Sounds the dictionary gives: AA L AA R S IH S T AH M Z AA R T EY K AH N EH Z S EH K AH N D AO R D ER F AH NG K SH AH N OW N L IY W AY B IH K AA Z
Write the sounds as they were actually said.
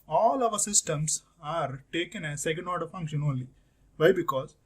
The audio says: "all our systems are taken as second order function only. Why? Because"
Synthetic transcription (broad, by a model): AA L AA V S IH S T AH M S AA R T EY K AH N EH S EH K AH N D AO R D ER F AH NG K SH AH N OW L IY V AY B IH K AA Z